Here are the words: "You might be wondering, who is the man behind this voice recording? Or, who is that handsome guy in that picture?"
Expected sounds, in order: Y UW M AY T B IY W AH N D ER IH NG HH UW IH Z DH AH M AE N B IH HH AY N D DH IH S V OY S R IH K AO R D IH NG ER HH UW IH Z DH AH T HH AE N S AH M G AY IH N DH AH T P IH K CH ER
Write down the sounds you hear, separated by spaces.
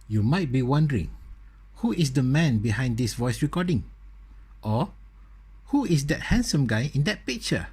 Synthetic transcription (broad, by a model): Y UW M AY T B IY W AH N D ER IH NG HH UW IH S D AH M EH N B IH HH AY N D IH S V OY S R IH K AO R D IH NG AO HH UW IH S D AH T HH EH N S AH M G AY IH N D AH T P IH K CH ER